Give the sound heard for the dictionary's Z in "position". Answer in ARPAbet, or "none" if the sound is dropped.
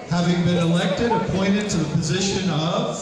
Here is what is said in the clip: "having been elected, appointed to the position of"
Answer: Z